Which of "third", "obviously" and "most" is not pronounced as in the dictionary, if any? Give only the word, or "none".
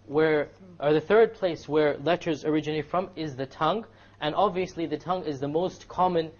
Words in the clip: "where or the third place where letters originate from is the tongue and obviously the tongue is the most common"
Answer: none